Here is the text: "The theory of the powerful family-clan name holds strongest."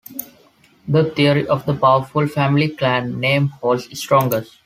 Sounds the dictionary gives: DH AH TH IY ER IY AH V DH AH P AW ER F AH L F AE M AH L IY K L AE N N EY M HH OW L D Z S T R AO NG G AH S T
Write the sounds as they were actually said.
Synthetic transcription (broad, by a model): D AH T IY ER IY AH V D AH P AW ER F AH L F AE M AH L IY K L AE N N EY M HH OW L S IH S T R AO NG G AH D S